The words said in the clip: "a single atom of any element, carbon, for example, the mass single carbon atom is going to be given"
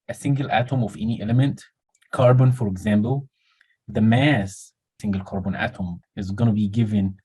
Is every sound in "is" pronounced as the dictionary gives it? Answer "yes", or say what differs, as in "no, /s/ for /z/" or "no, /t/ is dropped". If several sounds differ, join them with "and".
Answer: yes